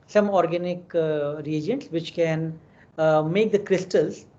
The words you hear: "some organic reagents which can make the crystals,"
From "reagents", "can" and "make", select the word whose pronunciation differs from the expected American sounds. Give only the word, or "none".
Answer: none